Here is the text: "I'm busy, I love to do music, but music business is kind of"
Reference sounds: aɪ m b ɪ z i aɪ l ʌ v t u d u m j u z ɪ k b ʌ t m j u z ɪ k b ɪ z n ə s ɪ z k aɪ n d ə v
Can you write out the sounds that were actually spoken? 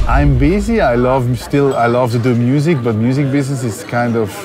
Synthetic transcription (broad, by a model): aɪ m b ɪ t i aɪ l ʌ v t u d u m j u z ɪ k b ʌ t m j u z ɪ k b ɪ s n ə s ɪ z k aɪ n d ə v